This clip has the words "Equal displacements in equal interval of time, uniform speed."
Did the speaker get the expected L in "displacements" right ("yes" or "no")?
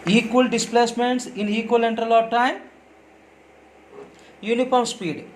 yes